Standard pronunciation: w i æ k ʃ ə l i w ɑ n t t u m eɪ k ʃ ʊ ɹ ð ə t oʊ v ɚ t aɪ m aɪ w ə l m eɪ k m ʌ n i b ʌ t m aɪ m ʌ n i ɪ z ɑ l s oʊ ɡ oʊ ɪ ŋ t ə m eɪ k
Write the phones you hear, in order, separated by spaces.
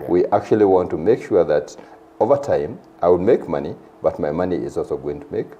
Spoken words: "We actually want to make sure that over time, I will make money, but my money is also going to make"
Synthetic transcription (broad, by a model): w i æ k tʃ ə l i w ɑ n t t u m eɪ k ʃ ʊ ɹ ð ə t oʊ v ɚ t aɪ m aɪ w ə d m eɪ k m ʌ n i b ʌ t m aɪ m ʌ n i ɪ z ɑ l s oʊ ɡ oʊ ɪ ŋ t ə m eɪ k